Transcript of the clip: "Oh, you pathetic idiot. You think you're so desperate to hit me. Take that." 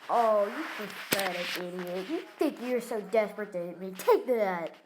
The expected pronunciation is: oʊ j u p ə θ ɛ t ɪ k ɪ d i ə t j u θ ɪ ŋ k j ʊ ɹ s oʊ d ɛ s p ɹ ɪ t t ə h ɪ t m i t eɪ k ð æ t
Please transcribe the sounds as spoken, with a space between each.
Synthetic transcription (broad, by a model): oʊ j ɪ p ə f ɛ t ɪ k ɪ d i ə t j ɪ θ ɪ ŋ k j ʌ ɹ s oʊ d ɛ s p ɹ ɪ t t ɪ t m i t eɪ k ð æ t